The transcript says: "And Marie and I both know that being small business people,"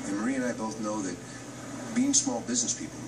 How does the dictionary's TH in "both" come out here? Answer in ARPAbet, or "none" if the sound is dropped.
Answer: TH